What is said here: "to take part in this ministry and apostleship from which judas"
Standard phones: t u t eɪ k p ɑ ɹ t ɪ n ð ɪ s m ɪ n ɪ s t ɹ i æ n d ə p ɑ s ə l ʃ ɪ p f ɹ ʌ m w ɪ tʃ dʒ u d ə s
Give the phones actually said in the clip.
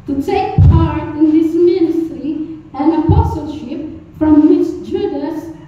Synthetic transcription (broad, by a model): t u t eɪ k p ɑ ɹ t ɪ n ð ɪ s m ɪ n ɪ s t ɹ i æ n ə p ɑ s ə l ʃ ɪ p f ɹ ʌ m w ɪ tʃ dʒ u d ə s